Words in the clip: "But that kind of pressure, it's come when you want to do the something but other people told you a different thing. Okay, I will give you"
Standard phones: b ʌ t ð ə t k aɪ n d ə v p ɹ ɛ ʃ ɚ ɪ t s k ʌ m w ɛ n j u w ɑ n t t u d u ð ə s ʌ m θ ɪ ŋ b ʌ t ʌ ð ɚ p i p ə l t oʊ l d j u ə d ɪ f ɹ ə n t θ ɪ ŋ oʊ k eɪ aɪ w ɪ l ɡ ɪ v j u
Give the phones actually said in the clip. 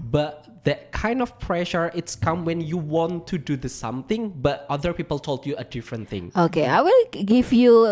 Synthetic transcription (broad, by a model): b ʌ t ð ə t k aɪ n d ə f p ɹ ɛ ʃ ɚ ɪ t s k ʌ m w ɛ n j u w ɑ n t t u d u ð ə s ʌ m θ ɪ ŋ b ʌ t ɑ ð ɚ p i p ə l t oʊ l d j u ə d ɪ f ɹ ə n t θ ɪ ŋ oʊ k eɪ aɪ w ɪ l ɡ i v j u